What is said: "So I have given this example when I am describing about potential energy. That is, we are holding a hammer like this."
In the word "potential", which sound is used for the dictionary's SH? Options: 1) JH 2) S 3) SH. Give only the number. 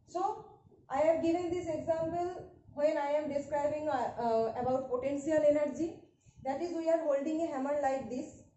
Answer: 2